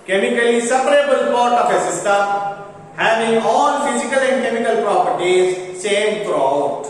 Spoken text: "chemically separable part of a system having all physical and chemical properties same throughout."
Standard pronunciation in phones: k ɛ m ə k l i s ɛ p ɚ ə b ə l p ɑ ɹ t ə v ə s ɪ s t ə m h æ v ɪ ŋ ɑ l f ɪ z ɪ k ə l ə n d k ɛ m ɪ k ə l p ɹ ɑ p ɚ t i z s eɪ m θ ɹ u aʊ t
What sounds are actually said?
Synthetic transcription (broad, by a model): k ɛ m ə k l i s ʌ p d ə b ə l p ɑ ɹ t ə p ə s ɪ s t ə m h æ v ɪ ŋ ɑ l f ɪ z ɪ k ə l ə n d k ɛ m ɪ k ə l p ɹ ɑ p ɚ t i z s eɪ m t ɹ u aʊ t